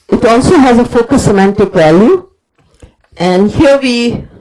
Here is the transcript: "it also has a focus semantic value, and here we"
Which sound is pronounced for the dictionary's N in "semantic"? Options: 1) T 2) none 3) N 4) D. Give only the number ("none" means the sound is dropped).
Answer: 3